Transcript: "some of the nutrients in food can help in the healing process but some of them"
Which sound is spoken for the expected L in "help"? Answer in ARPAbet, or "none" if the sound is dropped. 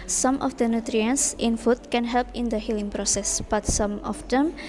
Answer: L